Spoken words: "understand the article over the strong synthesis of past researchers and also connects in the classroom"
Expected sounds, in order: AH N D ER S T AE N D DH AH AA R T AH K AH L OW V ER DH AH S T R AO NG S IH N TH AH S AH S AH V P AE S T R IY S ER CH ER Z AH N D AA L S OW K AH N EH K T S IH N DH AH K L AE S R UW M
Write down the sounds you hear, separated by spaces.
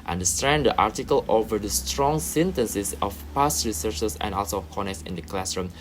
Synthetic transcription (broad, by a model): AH N D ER S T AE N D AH AA R T AH K AH L OW V ER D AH S T R AO NG S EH N T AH S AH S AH F P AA S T R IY S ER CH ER S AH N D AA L S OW K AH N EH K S IH N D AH K L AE S R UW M